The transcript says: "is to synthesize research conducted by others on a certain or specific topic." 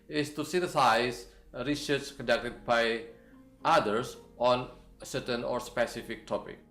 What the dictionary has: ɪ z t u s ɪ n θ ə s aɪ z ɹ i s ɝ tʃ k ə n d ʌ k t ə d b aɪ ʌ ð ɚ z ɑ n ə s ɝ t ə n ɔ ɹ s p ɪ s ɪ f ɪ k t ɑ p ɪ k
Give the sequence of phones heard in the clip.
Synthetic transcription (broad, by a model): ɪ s t u s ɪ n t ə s aɪ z ɹ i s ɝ s k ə n d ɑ k t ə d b aɪ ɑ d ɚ s ɑ n ə s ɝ t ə n ɔ ɹ s p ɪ s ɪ f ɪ k t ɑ p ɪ k